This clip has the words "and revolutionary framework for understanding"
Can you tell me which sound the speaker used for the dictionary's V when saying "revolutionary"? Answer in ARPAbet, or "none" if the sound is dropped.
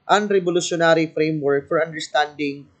B